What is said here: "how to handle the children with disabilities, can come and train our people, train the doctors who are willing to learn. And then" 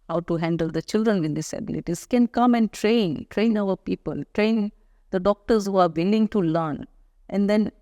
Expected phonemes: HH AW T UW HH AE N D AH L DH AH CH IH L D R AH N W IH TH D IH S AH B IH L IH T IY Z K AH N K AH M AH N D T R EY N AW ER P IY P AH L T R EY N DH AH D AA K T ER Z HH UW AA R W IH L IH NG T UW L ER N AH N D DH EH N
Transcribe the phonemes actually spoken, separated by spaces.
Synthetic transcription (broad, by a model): HH AW T UW HH AE N D AH L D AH CH IH L D R AH N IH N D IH S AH B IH L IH T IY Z K AH N K AH M AH N D T R EY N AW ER P IY P AH L T R EY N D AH D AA K T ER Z HH UW AA R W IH L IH NG T UW L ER N AH N D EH N